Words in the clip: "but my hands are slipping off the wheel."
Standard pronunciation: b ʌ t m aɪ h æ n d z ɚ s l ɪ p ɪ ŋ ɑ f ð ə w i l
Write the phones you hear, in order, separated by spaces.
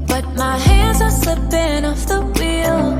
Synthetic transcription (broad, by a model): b ʌ t m aɪ h æ n d z ɚ s l ɪ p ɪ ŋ ɑ f ð ə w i l